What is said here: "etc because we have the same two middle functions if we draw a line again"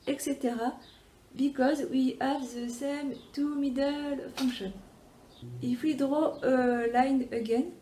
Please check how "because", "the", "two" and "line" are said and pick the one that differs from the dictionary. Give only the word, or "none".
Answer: none